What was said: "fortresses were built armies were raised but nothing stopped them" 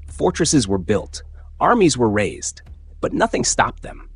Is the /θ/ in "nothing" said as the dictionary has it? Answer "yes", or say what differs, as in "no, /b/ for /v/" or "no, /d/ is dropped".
yes